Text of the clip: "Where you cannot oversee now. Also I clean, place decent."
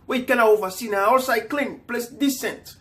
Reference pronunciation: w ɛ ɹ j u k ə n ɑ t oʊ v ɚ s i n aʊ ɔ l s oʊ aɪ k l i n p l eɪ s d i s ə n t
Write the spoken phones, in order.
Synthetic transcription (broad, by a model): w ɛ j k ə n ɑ oʊ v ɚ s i n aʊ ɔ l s aɪ k l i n p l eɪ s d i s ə n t